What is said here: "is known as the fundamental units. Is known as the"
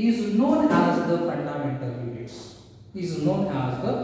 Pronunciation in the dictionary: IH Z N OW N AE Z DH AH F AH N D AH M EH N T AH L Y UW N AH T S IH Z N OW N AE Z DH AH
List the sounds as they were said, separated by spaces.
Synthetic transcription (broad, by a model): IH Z N OW N AE Z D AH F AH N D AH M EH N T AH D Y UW AH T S IH Z N OW N AE Z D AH